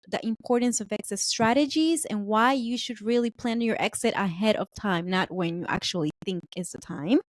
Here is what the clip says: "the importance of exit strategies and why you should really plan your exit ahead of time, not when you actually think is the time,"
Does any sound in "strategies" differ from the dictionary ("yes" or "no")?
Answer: no